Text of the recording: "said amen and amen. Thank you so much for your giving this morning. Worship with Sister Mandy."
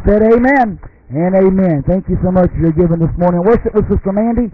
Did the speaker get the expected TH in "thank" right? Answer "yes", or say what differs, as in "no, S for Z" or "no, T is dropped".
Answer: yes